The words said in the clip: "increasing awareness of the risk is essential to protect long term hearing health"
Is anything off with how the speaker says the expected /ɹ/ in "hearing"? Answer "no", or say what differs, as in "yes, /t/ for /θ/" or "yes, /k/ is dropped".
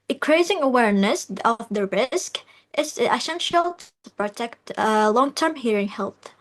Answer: no